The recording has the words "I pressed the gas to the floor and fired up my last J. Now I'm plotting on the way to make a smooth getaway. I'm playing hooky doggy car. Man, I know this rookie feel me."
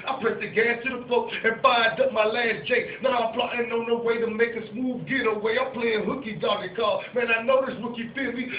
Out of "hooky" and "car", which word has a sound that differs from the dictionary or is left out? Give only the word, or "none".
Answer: car